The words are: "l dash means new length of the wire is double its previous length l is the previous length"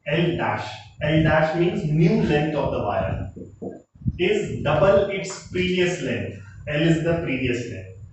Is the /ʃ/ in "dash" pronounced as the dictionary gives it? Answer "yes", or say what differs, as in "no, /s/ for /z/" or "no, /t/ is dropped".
yes